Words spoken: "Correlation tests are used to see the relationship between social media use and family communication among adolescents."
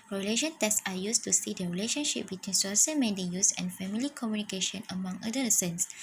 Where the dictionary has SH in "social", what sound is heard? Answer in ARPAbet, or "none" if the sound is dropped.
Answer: S